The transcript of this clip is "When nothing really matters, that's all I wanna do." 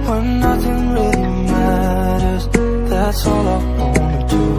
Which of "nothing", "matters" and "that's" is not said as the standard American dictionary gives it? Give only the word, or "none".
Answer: none